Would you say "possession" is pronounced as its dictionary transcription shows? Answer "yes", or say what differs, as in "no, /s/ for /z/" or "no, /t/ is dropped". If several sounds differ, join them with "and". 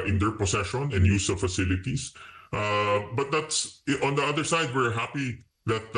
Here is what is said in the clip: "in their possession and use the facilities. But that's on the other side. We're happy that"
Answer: no, /s/ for /z/